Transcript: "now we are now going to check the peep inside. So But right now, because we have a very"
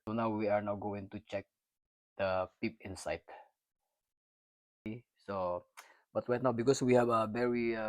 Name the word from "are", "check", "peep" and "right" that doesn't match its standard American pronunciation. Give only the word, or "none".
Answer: right